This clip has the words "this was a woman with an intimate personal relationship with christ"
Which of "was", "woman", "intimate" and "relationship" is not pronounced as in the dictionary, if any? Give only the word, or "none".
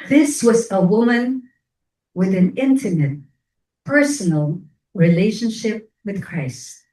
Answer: none